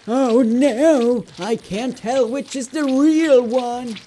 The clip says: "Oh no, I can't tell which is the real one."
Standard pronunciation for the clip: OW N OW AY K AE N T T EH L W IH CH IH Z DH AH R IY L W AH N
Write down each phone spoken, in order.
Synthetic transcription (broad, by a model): OW N OW AY K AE N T T EH L W IH CH IH Z DH AH R IY L W AH N